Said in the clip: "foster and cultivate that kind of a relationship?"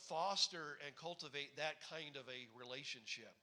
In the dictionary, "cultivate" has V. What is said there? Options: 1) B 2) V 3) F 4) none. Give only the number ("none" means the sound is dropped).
2